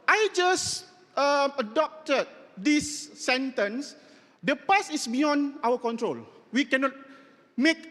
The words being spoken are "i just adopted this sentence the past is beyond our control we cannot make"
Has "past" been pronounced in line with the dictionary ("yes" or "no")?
no